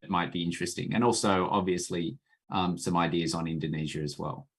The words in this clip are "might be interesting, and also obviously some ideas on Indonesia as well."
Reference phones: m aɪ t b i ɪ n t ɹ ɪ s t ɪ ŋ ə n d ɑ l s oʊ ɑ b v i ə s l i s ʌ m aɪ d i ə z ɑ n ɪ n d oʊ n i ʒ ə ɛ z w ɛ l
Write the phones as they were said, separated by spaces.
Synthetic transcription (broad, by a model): m aɪ t b i ɪ n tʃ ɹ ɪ s t ɪ ŋ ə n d ɑ l s oʊ ɑ b v i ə s l i s ʌ m aɪ d i ə z n ɪ n d oʊ n i ʒ ə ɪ z w ɛ l